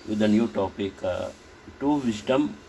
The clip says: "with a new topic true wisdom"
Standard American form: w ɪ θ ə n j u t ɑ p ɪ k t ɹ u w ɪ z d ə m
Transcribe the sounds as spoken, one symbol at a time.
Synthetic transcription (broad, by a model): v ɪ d ə n j u t ɑ p ɪ k t u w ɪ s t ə m